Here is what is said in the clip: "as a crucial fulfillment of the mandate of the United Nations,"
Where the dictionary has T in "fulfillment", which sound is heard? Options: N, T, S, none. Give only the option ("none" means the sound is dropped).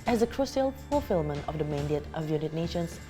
none